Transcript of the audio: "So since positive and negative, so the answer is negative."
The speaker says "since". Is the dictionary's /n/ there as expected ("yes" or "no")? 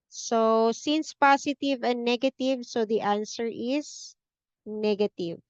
yes